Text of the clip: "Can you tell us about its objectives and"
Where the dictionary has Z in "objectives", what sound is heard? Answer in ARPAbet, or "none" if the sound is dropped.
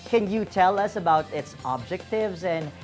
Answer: Z